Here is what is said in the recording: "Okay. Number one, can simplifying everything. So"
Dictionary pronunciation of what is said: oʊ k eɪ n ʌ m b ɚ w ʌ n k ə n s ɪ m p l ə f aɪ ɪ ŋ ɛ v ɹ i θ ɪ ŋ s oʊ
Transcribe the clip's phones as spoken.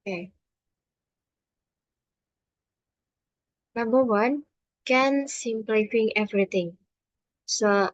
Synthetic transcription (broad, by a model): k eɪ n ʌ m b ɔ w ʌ n k ə n s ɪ m p l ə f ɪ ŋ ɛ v ɹ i t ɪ ŋ s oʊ